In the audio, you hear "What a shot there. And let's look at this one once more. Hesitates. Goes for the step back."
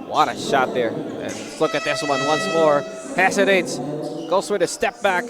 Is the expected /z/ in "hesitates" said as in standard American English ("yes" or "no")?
no